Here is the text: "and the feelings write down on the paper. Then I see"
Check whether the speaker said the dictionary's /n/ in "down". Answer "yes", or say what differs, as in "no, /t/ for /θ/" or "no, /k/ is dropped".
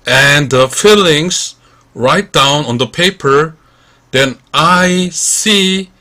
yes